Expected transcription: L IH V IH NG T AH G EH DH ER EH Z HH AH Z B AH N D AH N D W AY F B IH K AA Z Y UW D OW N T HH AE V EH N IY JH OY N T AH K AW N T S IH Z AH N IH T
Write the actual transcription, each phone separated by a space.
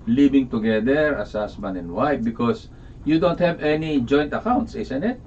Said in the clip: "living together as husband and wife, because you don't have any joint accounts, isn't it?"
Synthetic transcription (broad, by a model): L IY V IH NG T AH G EH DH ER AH S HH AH S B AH N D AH N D W AY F B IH K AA S Y UW D OW N T HH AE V EH N IY JH OY N T AH K AW N T S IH S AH N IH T